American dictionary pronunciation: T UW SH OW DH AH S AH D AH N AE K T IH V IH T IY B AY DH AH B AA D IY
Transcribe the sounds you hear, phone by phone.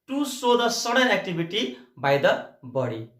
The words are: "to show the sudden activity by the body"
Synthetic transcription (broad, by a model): T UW S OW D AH S AH D AH N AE K T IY B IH T IY B AY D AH B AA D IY